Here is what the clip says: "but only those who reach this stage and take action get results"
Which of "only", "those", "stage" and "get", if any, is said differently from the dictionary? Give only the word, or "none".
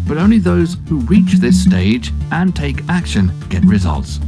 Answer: none